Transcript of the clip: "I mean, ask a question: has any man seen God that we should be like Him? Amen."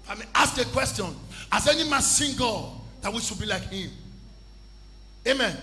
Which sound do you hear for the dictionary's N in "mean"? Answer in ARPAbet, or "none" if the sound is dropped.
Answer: none